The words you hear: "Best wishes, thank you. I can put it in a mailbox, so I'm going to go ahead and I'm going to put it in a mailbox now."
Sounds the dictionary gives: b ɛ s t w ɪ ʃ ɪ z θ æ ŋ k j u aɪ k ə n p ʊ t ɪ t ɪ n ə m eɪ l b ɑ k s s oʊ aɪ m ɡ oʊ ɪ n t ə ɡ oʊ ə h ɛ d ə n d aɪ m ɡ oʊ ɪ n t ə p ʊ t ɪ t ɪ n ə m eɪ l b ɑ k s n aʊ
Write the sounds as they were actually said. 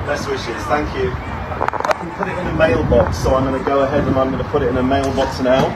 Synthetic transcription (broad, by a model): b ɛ s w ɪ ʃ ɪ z θ æ ŋ k j u aɪ k ə n p ʊ t ɪ t ɪ n ə m eɪ l b ɑ k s s oʊ aɪ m ɡ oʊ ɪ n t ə ɡ oʊ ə h ɛ d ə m aɪ m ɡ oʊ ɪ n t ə p ʊ t ɪ t ɪ n ə m eɪ l b ɑ k s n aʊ